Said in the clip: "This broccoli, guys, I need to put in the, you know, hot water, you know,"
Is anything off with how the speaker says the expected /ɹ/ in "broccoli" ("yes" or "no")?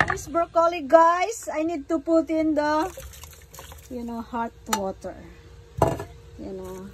yes